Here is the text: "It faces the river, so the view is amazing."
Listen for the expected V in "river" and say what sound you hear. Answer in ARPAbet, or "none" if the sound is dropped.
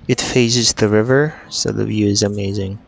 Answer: V